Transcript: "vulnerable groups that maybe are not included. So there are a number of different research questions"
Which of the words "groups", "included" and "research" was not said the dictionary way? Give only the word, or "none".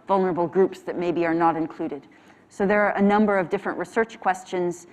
none